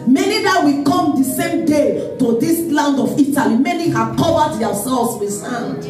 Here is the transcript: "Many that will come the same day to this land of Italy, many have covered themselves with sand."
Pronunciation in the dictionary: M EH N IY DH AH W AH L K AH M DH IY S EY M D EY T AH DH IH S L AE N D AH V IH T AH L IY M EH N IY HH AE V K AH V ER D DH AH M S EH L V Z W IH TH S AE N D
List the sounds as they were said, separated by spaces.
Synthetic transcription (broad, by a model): M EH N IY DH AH W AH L K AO M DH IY S EY M D EY T AH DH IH S L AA N D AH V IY T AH L IY M EH N IY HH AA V K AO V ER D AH S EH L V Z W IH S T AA N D